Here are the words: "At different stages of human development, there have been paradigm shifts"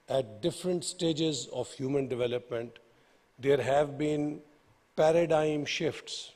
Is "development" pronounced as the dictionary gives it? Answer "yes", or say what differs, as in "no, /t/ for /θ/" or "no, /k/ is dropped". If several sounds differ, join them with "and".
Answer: yes